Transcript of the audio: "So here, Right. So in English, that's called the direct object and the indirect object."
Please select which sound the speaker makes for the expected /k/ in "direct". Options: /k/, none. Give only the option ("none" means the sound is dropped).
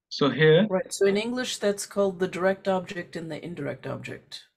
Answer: /k/